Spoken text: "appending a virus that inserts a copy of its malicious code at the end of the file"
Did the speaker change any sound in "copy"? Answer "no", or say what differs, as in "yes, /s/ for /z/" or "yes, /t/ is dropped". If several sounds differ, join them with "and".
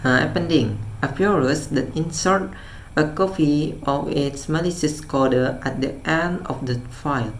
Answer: yes, /f/ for /p/